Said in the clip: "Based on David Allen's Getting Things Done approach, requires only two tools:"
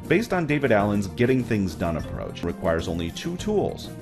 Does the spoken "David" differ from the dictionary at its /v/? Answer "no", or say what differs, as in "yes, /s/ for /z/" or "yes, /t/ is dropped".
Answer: no